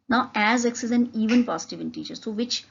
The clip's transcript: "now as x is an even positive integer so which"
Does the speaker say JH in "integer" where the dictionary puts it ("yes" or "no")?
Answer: no